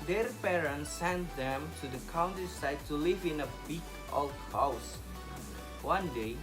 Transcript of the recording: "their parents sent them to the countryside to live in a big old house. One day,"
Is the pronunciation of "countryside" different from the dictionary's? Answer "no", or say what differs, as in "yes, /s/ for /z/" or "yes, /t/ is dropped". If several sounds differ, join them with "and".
yes, /ɹ/ is dropped